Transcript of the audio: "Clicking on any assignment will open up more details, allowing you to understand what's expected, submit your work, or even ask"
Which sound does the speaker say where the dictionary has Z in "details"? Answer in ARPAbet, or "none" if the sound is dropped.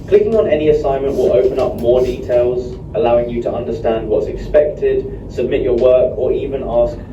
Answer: Z